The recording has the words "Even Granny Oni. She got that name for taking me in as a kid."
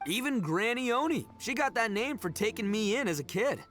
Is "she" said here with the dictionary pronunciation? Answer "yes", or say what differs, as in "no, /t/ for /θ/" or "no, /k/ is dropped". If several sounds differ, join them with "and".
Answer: yes